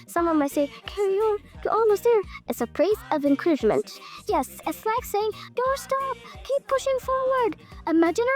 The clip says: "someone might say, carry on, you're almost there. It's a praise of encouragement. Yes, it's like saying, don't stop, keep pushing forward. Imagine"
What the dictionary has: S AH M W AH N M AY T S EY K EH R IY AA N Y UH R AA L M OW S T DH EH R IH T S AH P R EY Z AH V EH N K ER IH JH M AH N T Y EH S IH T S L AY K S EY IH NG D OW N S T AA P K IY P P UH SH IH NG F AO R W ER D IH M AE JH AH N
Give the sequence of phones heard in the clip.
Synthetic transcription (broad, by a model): S AH M W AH N M AY T S EY K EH R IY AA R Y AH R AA L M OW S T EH R IH T S AH P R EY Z AH V EH N K ER IH JH M AH N T Y EH S IH T S L AY K S EY IH NG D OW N S T AA P K IY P P UH SH IH NG F AO R W ER D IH M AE JH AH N